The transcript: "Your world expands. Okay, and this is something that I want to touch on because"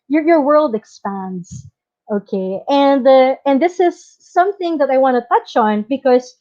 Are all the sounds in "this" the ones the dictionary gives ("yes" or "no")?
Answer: yes